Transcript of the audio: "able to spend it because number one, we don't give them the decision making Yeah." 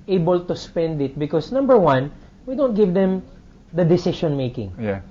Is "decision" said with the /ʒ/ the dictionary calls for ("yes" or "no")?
no